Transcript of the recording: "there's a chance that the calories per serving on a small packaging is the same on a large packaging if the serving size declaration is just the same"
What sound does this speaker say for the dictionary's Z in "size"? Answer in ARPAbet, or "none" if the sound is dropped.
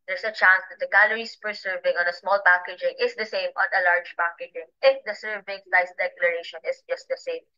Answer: S